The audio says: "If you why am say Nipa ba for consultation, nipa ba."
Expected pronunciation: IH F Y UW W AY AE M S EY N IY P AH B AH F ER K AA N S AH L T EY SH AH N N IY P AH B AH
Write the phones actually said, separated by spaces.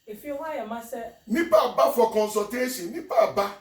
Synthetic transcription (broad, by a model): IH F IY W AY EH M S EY N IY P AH B AH F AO K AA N S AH T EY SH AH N N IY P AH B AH